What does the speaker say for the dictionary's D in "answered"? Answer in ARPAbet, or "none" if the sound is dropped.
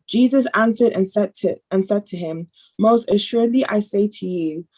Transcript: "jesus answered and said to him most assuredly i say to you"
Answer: D